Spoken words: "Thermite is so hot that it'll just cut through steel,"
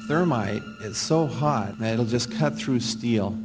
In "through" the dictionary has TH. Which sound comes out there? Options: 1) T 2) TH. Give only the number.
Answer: 2